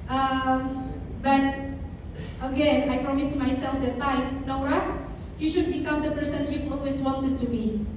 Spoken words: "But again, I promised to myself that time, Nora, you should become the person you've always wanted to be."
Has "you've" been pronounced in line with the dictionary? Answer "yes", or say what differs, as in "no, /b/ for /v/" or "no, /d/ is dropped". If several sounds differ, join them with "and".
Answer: no, /f/ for /v/